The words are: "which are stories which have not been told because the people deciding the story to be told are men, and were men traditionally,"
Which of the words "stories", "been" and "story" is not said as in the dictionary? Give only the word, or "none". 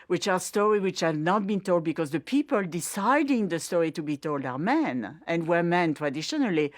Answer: stories